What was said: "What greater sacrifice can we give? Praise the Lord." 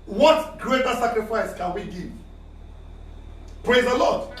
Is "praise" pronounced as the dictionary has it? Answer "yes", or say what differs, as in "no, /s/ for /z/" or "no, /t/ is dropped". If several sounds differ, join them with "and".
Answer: yes